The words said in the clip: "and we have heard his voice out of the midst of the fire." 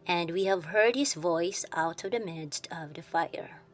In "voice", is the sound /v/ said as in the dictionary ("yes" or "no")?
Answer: yes